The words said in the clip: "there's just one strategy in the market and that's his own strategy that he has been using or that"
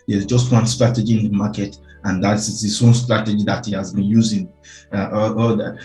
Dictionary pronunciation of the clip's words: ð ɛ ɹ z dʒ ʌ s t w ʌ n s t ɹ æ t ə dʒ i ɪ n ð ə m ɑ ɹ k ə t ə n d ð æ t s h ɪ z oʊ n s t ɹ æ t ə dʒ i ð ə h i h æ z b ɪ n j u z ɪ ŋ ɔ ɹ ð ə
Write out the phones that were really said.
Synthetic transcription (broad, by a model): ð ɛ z dʒ ʌ s t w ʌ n s t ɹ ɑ t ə dʒ i ɪ n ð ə m ɑ k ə t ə n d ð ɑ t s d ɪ s oʊ n s t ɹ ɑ t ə dʒ i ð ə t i h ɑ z b ɪ n j u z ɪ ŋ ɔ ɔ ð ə